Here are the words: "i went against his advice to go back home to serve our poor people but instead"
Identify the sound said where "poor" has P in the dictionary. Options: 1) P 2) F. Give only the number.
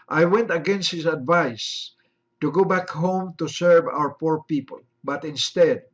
1